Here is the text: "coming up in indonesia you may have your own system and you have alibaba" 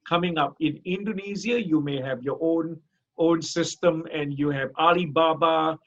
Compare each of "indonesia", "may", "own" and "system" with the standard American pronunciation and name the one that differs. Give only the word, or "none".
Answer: indonesia